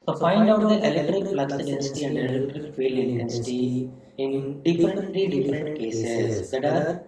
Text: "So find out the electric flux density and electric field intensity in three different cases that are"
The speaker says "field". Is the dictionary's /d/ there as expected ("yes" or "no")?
no